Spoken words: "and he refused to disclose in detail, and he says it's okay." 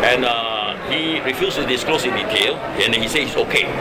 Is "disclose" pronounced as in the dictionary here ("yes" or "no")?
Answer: no